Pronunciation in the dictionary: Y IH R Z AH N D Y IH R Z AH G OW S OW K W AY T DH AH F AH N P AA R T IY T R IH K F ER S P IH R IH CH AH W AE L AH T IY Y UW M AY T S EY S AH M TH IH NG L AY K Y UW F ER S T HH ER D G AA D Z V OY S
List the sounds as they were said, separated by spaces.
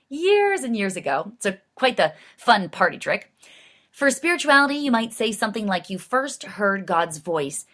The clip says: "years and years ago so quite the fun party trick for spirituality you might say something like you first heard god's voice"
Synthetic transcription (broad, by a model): Y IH R Z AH N Y IH R Z AH G OW S OW K W AY T DH AH F AH N P AA R T IY T R IH K F ER S P IH R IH CH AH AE L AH T IY Y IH M AY T S EY S AH M TH IH NG L AY K Y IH F ER S T HH ER D G AA D Z V OY S